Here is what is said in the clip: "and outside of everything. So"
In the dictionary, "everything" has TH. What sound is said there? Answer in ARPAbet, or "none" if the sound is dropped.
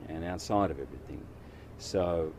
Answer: TH